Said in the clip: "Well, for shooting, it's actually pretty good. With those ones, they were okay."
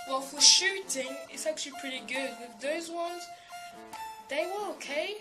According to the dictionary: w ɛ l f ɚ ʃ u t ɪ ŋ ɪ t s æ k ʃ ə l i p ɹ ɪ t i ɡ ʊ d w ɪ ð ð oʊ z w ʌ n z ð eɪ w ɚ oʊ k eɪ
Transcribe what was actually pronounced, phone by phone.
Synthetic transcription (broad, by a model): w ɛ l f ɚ ʃ u t ɪ ŋ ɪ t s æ k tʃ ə l i p ɹ ɪ t i ɡ ʊ d w ɪ ð ð oʊ z w ʌ n z ð eɪ w ɚ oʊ k eɪ